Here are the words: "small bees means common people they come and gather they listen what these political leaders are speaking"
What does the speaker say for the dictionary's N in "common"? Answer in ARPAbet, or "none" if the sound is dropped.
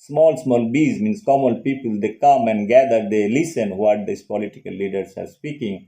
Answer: L